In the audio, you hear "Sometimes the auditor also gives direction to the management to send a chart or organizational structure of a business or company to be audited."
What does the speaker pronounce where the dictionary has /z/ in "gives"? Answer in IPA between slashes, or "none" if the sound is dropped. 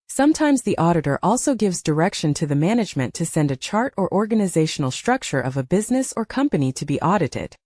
/z/